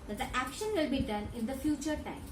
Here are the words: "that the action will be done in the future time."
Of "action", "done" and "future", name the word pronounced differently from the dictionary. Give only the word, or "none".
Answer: none